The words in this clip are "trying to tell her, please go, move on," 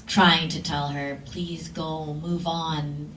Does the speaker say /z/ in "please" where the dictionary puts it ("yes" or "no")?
yes